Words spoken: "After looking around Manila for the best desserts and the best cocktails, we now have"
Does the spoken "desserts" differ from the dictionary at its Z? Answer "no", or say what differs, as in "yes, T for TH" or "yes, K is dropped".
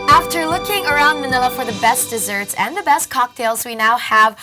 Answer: no